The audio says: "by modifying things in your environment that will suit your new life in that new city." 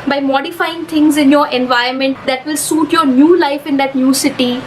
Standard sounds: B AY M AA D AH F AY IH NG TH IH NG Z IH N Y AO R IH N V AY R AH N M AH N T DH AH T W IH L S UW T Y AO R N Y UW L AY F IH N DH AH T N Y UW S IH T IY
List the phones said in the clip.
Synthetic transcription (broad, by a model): B AY M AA D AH F AY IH NG T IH NG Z IH N Y AO R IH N V AY AH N M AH N T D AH T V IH L S UW T Y AO R N Y UW L AY F IH N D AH T N Y UW S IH T IY